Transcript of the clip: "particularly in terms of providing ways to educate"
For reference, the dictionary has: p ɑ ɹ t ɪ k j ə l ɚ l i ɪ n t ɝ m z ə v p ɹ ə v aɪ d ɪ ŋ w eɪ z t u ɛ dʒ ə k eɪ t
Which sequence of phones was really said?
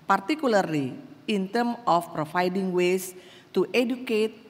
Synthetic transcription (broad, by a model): p ɑ ɹ t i k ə l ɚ l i ɪ n t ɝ m ə f p ɹ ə f aɪ d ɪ ŋ w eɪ s t u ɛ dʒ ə k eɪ t